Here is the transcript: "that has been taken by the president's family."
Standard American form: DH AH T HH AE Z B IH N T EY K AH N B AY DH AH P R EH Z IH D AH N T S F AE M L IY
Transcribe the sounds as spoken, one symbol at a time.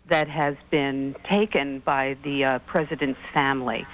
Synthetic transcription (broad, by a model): DH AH T HH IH Z B IH N T EY K AH N B AY DH AH P R EH Z IH D AH N T S F AE M L IY